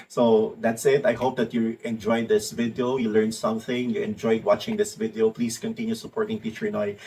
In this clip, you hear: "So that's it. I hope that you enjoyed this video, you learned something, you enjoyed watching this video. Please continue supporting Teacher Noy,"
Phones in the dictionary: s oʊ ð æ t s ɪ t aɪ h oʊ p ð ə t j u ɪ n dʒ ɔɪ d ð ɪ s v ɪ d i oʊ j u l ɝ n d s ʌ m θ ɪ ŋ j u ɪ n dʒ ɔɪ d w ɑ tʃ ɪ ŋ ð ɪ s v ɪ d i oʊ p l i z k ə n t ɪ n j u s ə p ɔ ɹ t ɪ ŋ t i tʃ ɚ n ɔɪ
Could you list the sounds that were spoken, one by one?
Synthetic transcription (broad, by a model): s oʊ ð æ t s ɪ t aɪ h oʊ p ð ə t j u ɪ n dʒ ɔɪ d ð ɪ s v ɪ d i oʊ j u l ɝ n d s ʌ m θ ɪ ŋ j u ɪ n dʒ ɔɪ d w ɑ tʃ ɪ ŋ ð ɪ s v ɪ d i oʊ p l i s k ə n t ɪ n j u s ə p ɔ ɹ t ɪ ŋ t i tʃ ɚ n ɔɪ